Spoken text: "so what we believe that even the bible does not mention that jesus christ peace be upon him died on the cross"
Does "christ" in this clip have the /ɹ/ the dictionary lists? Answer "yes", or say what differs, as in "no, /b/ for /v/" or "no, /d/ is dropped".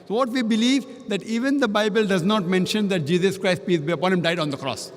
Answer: yes